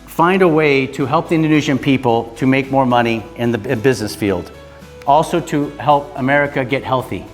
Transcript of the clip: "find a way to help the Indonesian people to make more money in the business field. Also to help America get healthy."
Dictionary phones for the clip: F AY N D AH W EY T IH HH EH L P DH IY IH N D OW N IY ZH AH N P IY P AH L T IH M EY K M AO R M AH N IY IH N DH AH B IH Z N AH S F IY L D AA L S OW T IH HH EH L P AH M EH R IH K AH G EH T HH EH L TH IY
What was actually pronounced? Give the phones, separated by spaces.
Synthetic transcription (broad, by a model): F AY N D AH W EY T IH HH EH L P DH IY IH N D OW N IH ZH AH N P IY P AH L T IH M EY K M AO R M AH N IY IH N DH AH B IH Z N AH S F IY L D AA L S OW T IH HH EH L P AH M EH R IH K AH G EH T HH EH L TH IY